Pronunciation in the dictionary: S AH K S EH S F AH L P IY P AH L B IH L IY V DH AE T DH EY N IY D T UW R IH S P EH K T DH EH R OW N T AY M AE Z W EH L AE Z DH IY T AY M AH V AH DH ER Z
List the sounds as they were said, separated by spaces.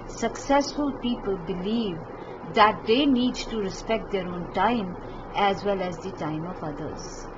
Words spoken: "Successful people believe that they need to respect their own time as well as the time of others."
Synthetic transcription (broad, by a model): S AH K S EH S F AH L P IY P AH L B IH L IY V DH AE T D EY N IY D T UW R IH S P EH K T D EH R OW N T AY M AE Z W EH L AE Z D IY T AY M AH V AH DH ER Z